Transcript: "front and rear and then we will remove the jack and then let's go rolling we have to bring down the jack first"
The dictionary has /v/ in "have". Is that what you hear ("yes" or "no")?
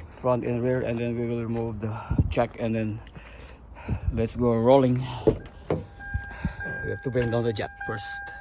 no